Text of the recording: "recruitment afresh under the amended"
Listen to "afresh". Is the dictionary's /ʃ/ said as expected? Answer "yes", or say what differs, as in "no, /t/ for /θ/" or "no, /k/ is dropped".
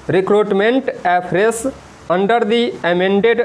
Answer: no, /s/ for /ʃ/